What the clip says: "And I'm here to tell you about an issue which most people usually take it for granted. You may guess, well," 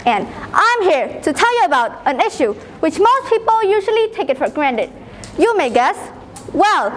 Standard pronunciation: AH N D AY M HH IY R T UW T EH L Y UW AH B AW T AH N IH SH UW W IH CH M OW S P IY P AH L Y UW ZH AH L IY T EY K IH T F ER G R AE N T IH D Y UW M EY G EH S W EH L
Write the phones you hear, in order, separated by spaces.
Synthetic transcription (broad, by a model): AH N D AY M HH IY R T UW T EH L Y UW AH B AW T AH N IH SH UW W IH CH M OW S P IY P AH L Y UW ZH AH L IY T EY K IH T F ER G R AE N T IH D Y UW M EY G EH S W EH L